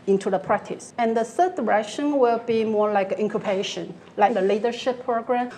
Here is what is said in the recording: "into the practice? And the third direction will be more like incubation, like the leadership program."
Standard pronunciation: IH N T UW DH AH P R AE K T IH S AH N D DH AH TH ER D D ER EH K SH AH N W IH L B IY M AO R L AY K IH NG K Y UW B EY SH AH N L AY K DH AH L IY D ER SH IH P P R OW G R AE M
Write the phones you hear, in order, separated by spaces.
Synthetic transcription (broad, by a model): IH N T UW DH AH P R AE K T IH S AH N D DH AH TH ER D D ER EH K SH AH N W IH L B IY M AO R L AY K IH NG K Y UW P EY SH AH N L AY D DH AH L IY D ER SH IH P P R OW G R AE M